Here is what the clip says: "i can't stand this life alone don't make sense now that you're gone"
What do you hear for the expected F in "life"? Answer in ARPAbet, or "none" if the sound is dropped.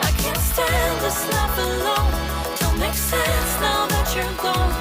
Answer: P